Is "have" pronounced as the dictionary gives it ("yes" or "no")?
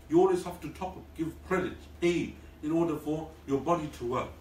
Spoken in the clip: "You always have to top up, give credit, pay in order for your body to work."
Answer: no